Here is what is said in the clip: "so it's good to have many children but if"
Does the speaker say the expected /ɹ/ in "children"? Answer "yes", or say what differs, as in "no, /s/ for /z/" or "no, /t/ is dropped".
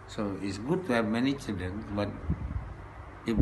no, /ɹ/ is dropped